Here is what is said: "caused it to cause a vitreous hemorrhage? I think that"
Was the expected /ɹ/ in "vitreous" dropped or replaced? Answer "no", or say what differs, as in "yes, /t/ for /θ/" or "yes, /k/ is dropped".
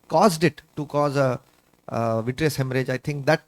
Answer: no